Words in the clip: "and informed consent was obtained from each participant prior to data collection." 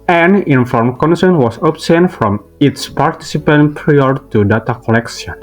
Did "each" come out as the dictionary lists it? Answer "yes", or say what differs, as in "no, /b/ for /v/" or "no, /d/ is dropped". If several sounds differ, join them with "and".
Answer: no, /s/ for /tʃ/